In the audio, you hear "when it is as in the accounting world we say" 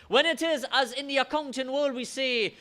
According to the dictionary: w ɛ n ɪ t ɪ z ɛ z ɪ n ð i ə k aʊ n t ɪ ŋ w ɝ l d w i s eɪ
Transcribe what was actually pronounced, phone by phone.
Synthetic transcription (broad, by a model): w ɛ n ɪ t ɪ z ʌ z ɪ n ð i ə k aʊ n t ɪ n w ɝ l d w i s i